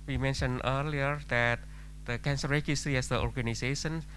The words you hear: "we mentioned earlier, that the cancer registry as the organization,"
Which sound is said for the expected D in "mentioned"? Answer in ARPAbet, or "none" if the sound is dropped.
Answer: none